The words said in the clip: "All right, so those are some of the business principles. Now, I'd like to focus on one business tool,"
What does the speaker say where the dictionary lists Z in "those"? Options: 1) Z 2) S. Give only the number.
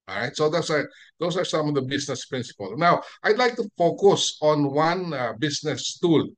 2